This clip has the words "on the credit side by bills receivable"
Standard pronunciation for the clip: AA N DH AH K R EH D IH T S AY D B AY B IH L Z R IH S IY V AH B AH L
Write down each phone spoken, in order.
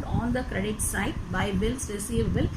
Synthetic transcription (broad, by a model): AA N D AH K R EH D IH T S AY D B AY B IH L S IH S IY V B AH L